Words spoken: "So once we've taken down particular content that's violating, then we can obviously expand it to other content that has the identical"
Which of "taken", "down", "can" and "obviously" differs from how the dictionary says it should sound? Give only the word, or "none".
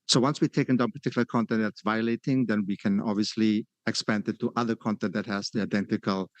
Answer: none